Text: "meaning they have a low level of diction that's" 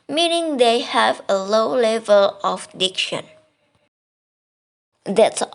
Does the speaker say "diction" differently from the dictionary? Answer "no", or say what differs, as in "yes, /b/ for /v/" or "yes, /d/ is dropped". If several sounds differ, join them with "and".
no